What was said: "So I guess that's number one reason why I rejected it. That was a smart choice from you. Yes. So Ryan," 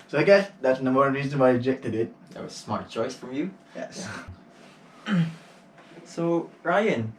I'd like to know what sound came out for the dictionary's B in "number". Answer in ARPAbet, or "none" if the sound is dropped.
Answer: none